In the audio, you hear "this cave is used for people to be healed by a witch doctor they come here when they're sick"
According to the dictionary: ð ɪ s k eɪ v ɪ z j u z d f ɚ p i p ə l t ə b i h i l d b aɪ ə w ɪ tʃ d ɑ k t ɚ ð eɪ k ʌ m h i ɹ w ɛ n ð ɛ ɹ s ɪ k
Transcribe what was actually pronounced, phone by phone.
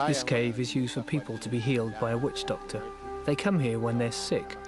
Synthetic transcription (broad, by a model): ð ɪ s k eɪ v ɪ z j u z d f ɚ p i p ə l t ə b i h i l d b aɪ ə w ɪ tʃ d ɑ k t ɚ ð eɪ k ʌ m h i ɹ w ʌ n ð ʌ ɹ s ɪ k